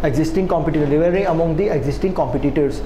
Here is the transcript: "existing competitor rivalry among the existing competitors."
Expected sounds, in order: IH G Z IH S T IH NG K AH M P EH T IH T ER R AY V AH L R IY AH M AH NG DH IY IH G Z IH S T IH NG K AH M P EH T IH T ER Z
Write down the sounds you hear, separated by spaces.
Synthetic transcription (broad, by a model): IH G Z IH S T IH NG K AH M P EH T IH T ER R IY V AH R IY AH M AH NG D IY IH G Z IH S T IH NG K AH M P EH T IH T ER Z